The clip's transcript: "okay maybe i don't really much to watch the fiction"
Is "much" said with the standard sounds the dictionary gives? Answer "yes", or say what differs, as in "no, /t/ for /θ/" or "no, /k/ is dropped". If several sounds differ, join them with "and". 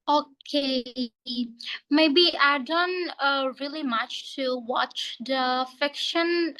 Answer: yes